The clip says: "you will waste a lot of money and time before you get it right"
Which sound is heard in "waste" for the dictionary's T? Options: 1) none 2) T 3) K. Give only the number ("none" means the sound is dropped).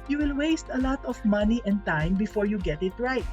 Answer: 2